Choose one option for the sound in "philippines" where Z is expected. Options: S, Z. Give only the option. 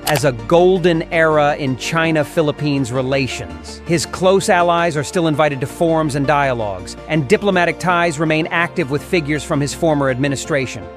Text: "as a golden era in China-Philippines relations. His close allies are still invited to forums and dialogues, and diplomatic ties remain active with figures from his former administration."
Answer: Z